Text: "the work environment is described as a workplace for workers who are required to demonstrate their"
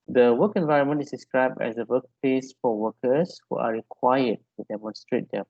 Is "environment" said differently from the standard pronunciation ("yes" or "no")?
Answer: no